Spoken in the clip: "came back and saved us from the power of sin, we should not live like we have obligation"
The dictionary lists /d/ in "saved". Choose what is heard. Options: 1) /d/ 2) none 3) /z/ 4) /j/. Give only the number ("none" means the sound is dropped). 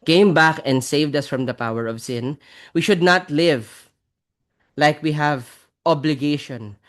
1